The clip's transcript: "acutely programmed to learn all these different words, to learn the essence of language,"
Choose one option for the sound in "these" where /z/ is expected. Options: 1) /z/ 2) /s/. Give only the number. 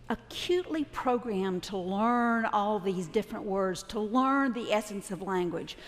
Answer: 1